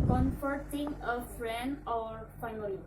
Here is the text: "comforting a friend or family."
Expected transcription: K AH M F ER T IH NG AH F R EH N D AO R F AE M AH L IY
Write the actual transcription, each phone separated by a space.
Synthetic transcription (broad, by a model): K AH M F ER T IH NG AH F R EH N D AO R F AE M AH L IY